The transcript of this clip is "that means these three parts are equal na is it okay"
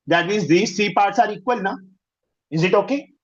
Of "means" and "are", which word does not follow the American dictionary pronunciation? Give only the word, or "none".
means